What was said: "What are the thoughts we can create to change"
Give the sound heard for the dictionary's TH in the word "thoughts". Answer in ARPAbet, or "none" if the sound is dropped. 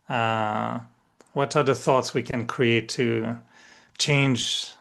TH